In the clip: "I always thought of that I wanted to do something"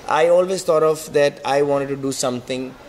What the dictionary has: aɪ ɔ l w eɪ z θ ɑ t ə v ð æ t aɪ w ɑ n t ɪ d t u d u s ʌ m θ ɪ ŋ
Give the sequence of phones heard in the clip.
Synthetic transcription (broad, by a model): aɪ ɔ l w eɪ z t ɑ t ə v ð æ t aɪ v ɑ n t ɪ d t u d u s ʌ m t ɪ ŋ